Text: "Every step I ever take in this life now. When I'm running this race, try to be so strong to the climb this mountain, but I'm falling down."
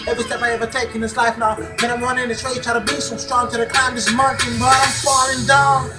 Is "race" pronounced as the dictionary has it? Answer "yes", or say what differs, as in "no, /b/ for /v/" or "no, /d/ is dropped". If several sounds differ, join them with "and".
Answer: no, /s/ is dropped